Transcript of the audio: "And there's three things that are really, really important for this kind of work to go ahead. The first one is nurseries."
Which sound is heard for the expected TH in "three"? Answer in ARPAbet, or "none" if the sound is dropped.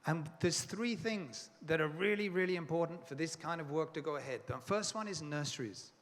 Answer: TH